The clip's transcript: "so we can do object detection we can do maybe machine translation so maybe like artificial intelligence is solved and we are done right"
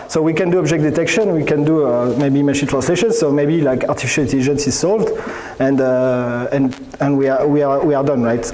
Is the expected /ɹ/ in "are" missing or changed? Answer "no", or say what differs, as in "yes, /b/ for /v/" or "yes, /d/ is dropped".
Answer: yes, /w/ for /ɹ/